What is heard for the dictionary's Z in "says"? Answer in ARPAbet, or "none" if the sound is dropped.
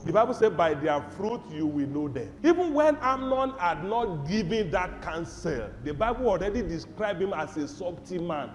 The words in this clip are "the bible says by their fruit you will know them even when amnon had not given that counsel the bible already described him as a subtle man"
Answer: none